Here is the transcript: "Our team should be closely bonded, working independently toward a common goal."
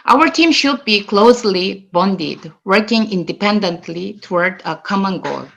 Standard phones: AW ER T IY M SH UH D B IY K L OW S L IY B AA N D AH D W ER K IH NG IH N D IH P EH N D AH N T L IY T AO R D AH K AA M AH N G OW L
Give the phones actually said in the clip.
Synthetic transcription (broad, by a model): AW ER T IY M SH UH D B IY K L OW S L IY B AA N D AH D W ER K IH NG IH N D IH P EH N D AH N T L IY T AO R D AH K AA M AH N G OW L